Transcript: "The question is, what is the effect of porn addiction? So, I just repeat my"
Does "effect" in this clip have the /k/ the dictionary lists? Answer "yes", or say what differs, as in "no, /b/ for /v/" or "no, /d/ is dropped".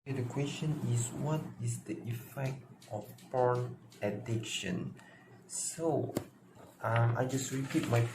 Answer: yes